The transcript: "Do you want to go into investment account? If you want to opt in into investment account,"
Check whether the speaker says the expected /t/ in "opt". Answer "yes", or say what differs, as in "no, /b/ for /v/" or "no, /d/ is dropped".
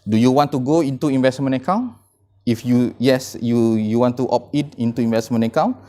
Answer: no, /t/ is dropped